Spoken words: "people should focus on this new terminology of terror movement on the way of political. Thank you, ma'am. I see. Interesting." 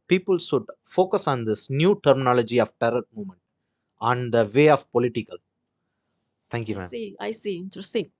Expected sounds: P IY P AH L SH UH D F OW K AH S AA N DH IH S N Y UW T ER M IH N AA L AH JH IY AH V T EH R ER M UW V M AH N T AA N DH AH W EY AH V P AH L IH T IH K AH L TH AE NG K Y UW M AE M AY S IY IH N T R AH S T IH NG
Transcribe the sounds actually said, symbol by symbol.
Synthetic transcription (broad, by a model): P IY P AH L S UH D F OW K AH S AA N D IH S N Y UW T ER M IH N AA L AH JH IY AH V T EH R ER M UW M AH N T AA N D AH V EY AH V P AH L IH T IH K AH L T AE NG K Y UW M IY AY S IY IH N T R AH S T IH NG